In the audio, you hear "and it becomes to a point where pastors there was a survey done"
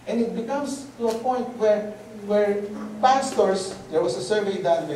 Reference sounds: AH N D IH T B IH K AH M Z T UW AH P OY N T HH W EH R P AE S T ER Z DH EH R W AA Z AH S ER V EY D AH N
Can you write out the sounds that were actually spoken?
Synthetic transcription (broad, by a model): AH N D IH T B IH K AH M S T UW AH P OY N T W W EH R P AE S T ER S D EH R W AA S AH S ER V EY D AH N